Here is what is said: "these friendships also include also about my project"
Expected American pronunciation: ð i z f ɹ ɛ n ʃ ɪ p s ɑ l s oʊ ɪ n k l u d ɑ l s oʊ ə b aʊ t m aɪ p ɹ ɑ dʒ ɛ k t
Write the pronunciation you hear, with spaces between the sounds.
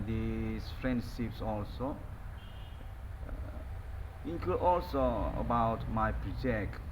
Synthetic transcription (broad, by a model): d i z f ɹ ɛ n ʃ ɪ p s ɑ l s oʊ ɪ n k u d ɑ l s oʊ ə b aʊ t m aɪ p ɹ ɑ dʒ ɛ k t